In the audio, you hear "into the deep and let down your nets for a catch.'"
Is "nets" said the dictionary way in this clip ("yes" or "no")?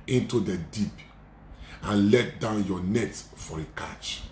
no